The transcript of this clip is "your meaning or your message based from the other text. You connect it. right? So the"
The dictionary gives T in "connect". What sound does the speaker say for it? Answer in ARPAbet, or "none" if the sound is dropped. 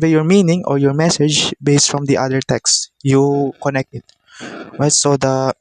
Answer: T